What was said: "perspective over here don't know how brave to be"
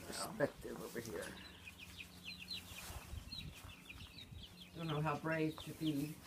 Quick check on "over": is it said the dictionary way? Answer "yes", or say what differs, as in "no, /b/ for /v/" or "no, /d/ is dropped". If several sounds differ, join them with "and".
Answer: no, /b/ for /v/